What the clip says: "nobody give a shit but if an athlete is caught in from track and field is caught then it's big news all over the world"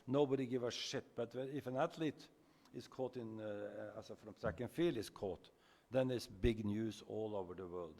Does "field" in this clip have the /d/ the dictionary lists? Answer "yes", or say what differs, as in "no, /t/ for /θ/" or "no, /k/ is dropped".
no, /d/ is dropped